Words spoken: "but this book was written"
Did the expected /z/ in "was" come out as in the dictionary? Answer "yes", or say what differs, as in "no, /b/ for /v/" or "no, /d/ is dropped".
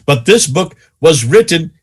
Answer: yes